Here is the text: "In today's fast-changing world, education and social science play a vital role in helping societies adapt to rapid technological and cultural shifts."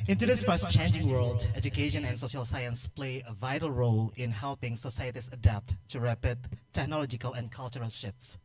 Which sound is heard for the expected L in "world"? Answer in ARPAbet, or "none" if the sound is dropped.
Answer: L